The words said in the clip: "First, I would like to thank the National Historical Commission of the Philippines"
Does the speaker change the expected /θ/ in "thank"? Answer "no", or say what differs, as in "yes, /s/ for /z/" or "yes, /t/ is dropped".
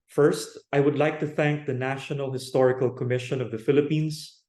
no